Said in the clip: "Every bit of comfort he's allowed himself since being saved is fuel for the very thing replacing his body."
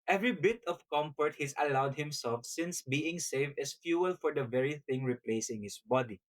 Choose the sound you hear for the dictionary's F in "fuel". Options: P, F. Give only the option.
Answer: F